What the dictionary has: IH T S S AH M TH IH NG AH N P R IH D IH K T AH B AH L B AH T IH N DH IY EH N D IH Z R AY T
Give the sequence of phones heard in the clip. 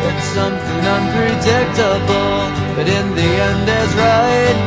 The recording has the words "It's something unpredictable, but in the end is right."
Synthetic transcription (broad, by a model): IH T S S AH M TH IH NG AH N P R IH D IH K T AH B L B AH T IH N DH IY EH N D IH Z R AY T